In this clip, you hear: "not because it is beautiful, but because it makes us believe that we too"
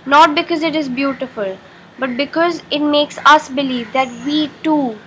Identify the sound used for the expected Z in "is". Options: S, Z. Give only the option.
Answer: Z